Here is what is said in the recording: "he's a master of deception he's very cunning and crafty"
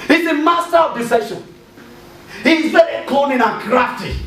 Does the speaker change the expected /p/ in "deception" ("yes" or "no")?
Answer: yes